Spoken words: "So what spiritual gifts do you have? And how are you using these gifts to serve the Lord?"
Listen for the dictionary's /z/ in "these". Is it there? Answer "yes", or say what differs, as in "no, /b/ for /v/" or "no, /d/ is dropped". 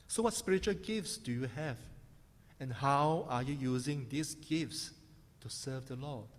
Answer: no, /s/ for /z/